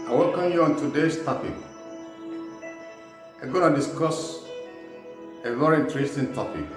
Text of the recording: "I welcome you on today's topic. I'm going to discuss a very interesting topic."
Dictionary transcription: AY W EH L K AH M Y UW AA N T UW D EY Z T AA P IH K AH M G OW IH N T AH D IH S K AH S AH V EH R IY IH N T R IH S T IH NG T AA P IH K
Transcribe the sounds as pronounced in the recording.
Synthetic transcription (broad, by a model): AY W EH L K AH M Y UW AA N T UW D EY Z T AA P IH K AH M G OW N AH D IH S K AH S AH V EH R IY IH N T R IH S T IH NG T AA P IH K